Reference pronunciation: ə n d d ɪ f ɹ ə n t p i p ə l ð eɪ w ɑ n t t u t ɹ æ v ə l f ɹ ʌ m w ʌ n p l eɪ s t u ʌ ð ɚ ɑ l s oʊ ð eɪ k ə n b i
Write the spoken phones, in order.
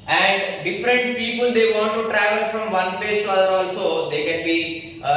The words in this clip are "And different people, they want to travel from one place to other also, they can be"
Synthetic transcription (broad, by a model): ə n d d ɪ f ɹ ə n t p i p ə l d eɪ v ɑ n t t u t ɹ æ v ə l f ɹ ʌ m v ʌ n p eɪ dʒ t u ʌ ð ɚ ɑ l s oʊ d eɪ k ə n b i